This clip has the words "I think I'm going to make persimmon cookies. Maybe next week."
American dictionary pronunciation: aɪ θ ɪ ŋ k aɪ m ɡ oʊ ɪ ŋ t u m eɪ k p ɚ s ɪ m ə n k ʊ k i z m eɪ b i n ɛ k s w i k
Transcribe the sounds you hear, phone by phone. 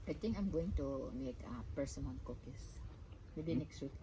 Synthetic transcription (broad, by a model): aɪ t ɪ ŋ k aɪ m ɡ oʊ ɪ ŋ t u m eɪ k p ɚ s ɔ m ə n k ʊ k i s m eɪ b i n ɛ k s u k